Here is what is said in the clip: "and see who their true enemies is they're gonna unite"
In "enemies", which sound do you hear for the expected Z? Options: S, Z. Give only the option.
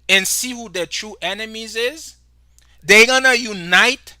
Z